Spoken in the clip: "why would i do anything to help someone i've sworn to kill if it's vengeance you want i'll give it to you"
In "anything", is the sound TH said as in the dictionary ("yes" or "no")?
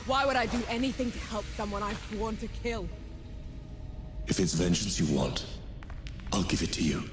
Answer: yes